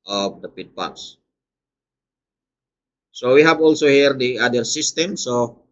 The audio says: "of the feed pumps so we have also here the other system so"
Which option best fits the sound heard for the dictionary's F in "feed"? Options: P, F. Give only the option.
P